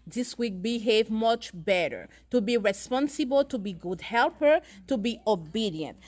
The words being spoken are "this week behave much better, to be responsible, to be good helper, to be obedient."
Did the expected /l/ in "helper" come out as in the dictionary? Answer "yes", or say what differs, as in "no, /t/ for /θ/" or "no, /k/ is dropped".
yes